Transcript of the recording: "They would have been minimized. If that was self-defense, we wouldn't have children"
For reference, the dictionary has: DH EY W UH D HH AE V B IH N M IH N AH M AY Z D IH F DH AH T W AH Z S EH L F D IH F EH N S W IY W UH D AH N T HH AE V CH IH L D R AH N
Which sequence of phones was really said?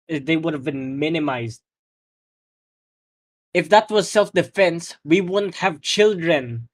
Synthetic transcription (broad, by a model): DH EY W UH D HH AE V B IH N M IH N AH M AY Z D IH F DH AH T W AH Z S EH L F D IH F EH N S W IY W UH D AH N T HH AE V CH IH L D R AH N